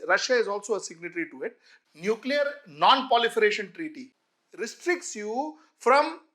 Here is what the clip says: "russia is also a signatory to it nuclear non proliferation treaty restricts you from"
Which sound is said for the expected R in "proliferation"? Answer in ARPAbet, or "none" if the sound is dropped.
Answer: none